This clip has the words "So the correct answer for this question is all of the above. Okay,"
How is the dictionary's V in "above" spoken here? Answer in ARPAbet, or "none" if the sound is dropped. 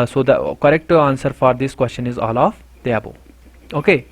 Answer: none